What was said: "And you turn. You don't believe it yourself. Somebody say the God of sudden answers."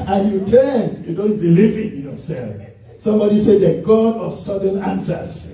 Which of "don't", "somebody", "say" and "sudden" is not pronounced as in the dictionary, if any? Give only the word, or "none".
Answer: none